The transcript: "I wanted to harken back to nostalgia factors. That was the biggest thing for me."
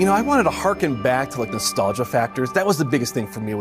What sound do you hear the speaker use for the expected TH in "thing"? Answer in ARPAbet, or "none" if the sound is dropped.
TH